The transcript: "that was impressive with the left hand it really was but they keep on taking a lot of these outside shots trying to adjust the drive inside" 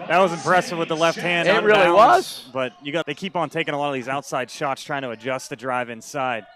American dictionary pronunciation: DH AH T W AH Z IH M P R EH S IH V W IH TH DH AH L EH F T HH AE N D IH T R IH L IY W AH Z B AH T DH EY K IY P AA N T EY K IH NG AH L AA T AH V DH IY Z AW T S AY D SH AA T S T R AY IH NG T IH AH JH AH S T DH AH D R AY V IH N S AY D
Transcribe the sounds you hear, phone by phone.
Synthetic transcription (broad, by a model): DH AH T W AH Z IH M P R EH S IH V W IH DH AH L EH F T HH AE N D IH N R IH L IY W AH Z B AH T DH EY K IY P N T EY K IH NG AH L AA T AH V DH IY Z AW T S AY D SH AA T S T R AY IH NG T IH AH JH AH S T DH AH D R AY V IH N S AY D